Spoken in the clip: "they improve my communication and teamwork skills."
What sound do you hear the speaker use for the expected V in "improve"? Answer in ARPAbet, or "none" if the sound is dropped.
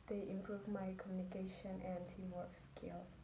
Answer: V